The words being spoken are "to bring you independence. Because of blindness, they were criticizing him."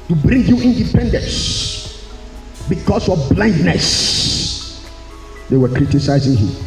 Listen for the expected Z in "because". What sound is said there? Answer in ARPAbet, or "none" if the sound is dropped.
S